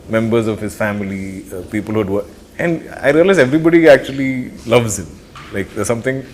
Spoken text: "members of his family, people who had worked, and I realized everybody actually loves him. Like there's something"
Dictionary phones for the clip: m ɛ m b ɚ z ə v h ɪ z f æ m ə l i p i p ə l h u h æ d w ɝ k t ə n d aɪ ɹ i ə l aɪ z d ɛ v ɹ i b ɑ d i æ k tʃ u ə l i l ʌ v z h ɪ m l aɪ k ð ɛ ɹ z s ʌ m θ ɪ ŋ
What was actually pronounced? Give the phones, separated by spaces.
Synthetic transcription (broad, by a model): m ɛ m b ɚ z ə v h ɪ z f æ m ə l i p i p ə l h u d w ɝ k ə n d aɪ ɹ i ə l aɪ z ɛ v ɹ i b ɑ d i æ k tʃ u ə l i l ʌ v z h ɪ m l aɪ k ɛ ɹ s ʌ m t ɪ ŋ